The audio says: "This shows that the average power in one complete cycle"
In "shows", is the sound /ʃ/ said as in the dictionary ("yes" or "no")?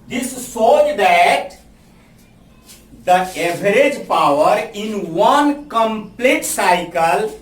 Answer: no